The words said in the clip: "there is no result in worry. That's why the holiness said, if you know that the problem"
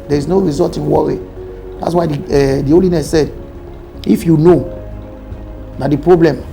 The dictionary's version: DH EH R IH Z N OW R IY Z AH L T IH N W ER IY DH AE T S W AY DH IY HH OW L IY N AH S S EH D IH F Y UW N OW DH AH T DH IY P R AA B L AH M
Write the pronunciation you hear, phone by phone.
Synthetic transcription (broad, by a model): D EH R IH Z N OW R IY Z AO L T IH N W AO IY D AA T S W AY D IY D OW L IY N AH S S EH D IH F Y UW N OW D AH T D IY P R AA B L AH M